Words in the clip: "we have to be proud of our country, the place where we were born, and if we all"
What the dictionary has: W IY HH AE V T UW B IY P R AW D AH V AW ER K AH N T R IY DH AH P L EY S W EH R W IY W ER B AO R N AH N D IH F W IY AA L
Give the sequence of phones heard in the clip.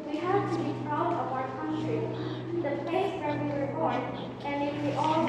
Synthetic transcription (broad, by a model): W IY HH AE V T UW B IY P R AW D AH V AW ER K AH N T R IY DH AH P EY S W EH R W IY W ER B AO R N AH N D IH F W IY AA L